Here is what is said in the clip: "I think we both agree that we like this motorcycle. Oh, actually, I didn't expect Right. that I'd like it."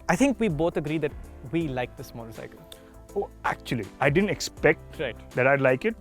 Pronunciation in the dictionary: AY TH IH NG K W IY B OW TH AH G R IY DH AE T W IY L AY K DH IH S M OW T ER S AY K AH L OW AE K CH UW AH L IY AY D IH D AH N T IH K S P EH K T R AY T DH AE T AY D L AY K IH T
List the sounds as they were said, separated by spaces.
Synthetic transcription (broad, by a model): AY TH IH NG K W IY B OW T AH G R IY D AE T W IY L AY K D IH S M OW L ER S AY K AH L OW AE K CH UW AH L IY AY D IH D AH N T IH K S P EH K T R AY T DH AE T AY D L AY K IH T